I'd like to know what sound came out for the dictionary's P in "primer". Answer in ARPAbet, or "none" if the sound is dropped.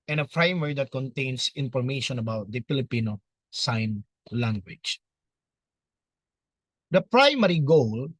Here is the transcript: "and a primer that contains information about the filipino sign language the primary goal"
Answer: F